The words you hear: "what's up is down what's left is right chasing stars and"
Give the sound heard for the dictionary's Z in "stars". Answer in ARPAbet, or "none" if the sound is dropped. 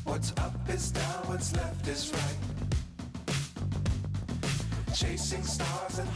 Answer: Z